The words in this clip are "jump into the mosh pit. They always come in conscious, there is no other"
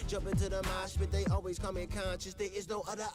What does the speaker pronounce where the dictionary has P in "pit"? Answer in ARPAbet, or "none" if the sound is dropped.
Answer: B